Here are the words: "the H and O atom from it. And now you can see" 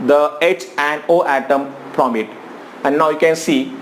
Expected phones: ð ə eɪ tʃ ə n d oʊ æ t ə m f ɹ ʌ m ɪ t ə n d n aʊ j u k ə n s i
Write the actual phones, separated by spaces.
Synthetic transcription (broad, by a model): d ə eɪ tʃ ə n d oʊ æ t ə m p ɹ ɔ m ɪ t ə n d n aʊ j u k ə n s i